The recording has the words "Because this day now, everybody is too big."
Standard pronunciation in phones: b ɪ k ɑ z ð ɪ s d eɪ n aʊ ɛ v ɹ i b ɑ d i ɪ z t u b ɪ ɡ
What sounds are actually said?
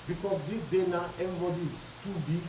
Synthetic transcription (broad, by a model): b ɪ k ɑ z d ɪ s d eɪ n aʊ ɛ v i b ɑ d i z t u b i